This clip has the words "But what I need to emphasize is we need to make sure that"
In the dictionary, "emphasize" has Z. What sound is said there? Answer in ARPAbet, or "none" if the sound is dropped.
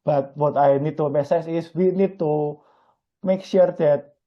S